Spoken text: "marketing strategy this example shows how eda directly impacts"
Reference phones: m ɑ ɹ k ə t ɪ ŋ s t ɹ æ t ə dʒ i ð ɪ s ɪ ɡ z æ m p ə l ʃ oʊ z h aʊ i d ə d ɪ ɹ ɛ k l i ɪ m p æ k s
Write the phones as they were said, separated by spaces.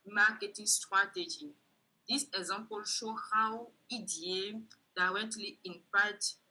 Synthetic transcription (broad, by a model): m ɑ k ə t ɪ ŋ s t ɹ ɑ t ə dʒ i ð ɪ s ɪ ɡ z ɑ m p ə l ʃ oʊ h aʊ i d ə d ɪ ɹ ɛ k l i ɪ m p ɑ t